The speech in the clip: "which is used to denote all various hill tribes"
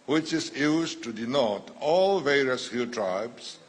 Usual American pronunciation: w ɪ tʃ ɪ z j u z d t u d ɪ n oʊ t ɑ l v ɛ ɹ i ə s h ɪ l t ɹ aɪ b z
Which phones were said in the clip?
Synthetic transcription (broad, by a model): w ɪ tʃ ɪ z j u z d t u d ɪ n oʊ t ɑ l v ɛ ɹ i ə s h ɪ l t ɹ aɪ b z